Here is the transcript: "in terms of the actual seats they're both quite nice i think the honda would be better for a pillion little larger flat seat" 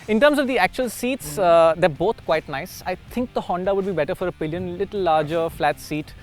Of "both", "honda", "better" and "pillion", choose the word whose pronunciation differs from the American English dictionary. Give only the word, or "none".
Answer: both